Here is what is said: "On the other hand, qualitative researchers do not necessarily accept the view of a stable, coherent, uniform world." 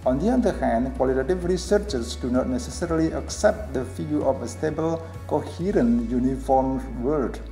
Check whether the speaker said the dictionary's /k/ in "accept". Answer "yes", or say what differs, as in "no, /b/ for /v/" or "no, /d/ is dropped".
yes